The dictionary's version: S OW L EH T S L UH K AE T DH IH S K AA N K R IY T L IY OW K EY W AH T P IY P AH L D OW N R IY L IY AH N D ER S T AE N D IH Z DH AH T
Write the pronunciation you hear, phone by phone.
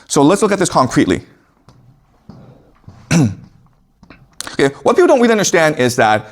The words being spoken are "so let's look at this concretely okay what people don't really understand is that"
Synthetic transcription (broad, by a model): S OW L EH T S L UH K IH T DH IH S K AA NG K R IY T L IY OW K EY W AH T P IY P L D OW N W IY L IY AH N D ER S T AE N D IH Z DH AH T